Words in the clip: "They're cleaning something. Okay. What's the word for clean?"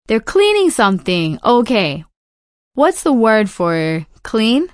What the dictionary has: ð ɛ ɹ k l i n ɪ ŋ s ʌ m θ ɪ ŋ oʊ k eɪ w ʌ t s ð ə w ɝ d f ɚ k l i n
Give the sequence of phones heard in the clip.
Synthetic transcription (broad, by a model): ð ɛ ɹ k l i n ɪ ŋ s ʌ m θ ɪ ŋ oʊ k eɪ w ʌ t s ð ə w ɝ d f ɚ k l i n